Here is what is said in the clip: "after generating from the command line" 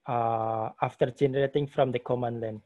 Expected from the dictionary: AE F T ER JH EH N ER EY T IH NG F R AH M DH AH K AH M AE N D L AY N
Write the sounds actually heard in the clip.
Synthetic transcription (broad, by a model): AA F T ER JH EH N ER EY T IH NG F R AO M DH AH K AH M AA N L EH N